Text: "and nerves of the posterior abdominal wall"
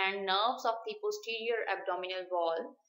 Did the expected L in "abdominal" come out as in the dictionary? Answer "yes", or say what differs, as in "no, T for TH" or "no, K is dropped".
yes